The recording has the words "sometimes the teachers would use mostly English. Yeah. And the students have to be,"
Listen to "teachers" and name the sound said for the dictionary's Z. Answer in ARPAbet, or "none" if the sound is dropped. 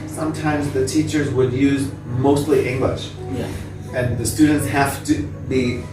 Z